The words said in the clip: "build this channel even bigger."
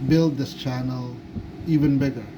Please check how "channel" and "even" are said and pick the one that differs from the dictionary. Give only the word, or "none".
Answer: none